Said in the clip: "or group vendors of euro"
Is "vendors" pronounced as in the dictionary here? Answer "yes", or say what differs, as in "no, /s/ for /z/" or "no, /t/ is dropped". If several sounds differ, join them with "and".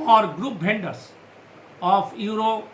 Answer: no, /b/ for /v/